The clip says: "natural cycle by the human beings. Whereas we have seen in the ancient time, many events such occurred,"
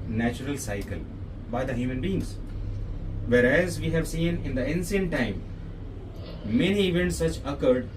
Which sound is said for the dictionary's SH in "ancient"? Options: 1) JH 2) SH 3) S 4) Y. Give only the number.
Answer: 3